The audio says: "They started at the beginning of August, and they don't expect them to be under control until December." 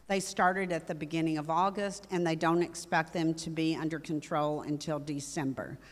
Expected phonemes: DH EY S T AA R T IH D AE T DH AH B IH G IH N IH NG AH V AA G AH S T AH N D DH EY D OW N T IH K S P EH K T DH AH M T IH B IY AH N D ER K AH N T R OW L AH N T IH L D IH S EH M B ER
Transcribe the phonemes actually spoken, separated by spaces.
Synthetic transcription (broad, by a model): DH EY S T AA R T IH D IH T DH AH B IH G IH N IH NG AH V AA G AH S T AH N DH EY D OW N T IH K S P EH K T DH AH M T IH B IY AH N D ER K AH N T R OW L AH N T IH L D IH S EH M B ER